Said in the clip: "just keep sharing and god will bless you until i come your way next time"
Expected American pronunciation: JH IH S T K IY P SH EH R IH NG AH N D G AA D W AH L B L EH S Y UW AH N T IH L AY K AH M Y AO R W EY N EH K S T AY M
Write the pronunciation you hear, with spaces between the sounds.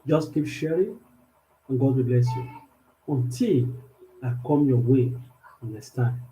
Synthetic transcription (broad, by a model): JH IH S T K IY P SH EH R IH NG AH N G AA D W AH B L EH S Y UW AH N T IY L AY K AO M Y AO W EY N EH S T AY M